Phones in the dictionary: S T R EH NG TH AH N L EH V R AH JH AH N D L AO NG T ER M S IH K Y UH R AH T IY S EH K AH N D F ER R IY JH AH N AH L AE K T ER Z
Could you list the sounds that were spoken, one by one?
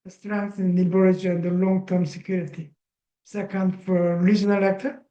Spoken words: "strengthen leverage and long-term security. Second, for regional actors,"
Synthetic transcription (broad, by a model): S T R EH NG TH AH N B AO R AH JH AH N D L AO NG T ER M S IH K Y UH R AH T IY S EH K AH N D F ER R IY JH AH N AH L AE K T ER